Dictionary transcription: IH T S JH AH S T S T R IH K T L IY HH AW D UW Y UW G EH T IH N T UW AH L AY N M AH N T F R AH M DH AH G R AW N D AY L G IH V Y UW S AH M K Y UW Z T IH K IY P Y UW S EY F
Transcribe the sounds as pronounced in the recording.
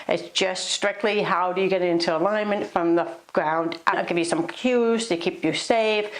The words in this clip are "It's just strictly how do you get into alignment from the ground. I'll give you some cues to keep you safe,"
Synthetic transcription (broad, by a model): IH T S JH AH S T S T R IH K T L IY HH AW D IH Y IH G EH T IH N T UW AH L AY N M AH N T F R AH M DH AH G R AW N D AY N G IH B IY S AH M K Y UW Z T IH K IY P Y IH S EY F